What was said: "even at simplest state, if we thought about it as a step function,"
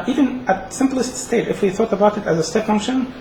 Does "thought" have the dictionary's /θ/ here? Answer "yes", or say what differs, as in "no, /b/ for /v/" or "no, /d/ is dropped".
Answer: yes